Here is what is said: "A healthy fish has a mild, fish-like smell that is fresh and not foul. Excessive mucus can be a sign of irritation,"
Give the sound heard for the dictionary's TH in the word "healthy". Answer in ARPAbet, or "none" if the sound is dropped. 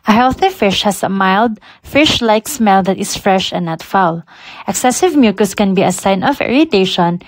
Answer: TH